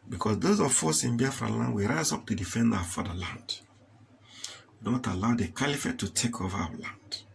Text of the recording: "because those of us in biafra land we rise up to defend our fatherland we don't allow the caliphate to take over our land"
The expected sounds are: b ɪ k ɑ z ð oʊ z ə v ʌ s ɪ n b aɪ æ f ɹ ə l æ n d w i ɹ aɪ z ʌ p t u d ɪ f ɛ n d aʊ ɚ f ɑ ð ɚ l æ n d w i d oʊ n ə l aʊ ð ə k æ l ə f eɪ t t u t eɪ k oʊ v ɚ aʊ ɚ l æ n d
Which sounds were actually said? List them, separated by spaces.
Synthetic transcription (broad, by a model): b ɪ k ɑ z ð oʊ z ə f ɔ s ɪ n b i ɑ f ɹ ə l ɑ n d w i ɹ aɪ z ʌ p t u d ɪ f ɛ n d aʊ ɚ f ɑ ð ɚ l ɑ n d w i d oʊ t ə l aʊ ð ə k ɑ l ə f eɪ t t u t eɪ k oʊ v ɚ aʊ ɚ l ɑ n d